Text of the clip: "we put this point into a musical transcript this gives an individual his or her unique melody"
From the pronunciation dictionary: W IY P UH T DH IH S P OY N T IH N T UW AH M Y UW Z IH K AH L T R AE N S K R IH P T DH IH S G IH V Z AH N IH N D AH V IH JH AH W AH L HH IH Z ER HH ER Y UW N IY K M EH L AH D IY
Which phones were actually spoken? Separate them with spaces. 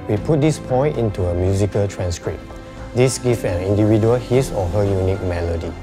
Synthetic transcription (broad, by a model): W IY P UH T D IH S P OY N T IH N T UW AH M Y UW Z IH K AH L T R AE N S K R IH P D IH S G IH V AH N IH N D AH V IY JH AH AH L HH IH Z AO HH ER Y UW N IY K M EH L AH D IY